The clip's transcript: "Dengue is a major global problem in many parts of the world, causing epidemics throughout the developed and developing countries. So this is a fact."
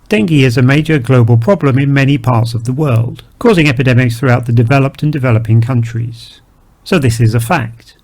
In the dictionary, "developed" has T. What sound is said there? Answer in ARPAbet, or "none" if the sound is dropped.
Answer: T